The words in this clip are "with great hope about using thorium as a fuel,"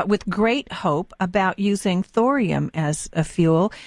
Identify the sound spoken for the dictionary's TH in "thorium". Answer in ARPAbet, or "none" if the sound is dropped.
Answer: TH